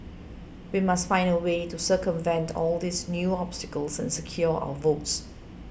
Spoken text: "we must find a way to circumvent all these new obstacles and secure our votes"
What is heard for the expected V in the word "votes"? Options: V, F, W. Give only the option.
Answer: V